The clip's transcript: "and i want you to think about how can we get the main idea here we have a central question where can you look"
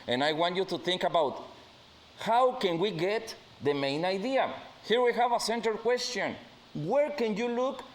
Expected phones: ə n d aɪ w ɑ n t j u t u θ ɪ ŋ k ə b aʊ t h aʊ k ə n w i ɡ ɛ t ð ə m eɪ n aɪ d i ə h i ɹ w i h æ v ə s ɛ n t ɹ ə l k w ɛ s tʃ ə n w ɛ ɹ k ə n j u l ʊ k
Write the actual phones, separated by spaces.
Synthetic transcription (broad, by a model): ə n aɪ w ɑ n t j u t u θ ɪ ŋ k ə b aʊ t h aʊ k ə n w i ɡ ɛ t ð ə m eɪ n aɪ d i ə h i ɹ w i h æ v ə s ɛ n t ə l k w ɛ s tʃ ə n w ɛ ɹ k ə n j u l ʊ k